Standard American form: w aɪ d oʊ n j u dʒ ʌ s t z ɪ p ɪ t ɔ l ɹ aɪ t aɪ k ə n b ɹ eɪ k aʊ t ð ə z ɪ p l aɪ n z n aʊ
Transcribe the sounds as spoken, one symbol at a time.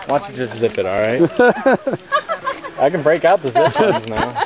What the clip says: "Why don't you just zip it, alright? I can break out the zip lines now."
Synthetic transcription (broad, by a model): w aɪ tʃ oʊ dʒ ʌ s t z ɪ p ɪ t ɔ l ɹ aɪ t aɪ k ə n b ɹ eɪ k aʊ t ð ə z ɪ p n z n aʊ